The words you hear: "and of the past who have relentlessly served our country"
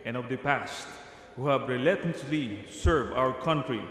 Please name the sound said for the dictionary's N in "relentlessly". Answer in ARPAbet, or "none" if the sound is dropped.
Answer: none